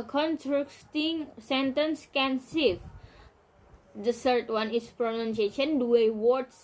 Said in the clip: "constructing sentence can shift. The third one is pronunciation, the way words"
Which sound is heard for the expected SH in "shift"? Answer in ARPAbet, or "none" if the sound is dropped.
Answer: S